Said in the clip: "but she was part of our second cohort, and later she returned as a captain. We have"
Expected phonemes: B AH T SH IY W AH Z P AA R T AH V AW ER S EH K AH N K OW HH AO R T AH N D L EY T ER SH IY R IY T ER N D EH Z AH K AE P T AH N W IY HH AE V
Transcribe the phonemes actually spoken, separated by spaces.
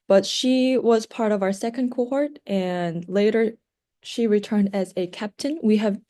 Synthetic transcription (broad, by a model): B AH T SH IY W AH Z P AA R T AH V AW ER S EH K AH N K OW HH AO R T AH N L EY T ER SH IY R IY T ER N D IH Z AH K AE P T AH N W IY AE V